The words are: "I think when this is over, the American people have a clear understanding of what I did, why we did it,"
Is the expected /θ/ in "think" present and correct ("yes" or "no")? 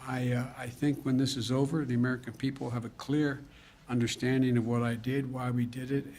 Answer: yes